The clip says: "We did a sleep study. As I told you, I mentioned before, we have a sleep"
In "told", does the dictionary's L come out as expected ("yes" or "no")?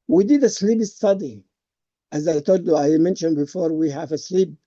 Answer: no